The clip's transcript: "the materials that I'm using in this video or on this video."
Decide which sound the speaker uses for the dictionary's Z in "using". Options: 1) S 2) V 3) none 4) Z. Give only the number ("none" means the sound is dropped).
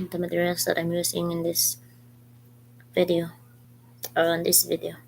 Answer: 1